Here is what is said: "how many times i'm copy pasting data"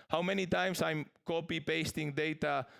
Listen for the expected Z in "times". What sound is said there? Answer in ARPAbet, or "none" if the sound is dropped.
S